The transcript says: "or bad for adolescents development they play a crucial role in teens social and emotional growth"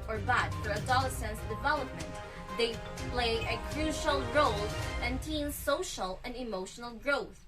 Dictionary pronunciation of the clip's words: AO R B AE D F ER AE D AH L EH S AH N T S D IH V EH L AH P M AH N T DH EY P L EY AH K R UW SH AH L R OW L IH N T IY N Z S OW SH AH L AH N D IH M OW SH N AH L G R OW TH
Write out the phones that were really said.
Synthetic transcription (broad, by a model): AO R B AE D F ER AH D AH L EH S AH N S D IH V EH L AH P M AH N T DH EY P L EY AH K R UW SH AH L R OW L IH N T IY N S OW SH AH L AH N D IH M OW SH N AH L G R OW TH